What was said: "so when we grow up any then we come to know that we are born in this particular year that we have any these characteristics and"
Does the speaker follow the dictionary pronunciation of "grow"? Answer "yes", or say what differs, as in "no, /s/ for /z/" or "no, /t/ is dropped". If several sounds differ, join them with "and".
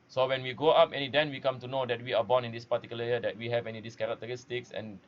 no, /ɹ/ is dropped